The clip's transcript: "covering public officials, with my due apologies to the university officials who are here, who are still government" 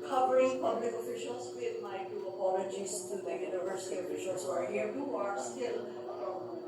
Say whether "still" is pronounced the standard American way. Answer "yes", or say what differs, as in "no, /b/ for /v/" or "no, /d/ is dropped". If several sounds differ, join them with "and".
yes